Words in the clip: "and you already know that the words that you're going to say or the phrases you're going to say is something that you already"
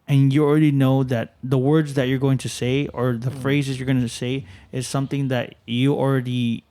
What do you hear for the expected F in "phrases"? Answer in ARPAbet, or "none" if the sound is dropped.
F